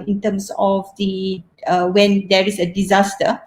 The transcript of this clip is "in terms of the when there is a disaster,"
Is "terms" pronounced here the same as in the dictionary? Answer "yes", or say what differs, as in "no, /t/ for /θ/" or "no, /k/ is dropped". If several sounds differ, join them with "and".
no, /s/ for /z/